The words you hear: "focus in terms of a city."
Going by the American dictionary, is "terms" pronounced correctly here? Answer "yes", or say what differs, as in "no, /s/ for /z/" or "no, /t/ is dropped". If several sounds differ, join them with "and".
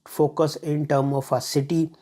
no, /z/ is dropped